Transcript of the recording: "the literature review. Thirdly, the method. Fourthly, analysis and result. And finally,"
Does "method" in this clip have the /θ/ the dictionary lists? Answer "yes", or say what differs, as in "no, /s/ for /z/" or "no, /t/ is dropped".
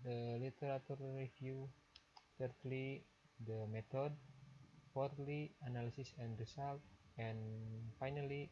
no, /t/ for /θ/